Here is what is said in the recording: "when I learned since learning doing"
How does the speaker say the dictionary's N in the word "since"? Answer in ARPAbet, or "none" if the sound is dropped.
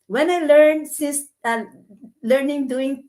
none